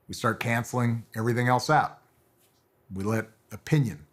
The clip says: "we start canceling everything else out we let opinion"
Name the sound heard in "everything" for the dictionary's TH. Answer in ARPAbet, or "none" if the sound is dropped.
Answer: TH